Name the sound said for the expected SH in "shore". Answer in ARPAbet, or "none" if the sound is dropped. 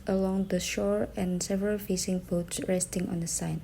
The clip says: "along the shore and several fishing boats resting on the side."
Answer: SH